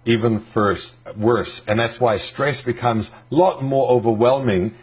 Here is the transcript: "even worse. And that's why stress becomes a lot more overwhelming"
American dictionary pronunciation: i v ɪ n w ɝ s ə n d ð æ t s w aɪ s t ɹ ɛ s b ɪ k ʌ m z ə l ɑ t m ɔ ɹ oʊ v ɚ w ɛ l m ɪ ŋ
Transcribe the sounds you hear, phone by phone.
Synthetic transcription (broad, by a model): i v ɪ n w ɝ s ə n ð æ t s w aɪ s t ɹ ɛ s b ɪ k ʌ m z l ɑ t m ɔ ɹ oʊ v ɚ w ɛ l m ɪ ŋ